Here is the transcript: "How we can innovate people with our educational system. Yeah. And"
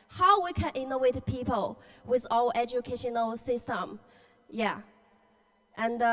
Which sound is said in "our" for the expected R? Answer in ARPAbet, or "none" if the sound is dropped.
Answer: L